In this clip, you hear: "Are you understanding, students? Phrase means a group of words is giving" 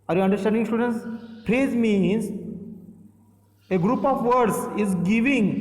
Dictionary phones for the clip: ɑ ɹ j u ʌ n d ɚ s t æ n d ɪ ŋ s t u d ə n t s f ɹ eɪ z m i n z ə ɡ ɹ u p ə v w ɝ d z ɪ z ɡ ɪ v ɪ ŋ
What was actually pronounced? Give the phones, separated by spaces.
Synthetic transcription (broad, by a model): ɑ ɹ j u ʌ n d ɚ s t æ n d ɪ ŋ s t u d ə n t s p ɹ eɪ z m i n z ə ɡ ɹ u p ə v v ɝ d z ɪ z ɡ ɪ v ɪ ŋ